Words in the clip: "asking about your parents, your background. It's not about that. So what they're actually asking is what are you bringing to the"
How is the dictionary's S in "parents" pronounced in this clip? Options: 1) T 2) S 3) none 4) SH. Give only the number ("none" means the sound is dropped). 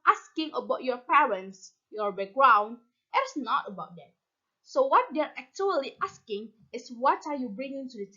2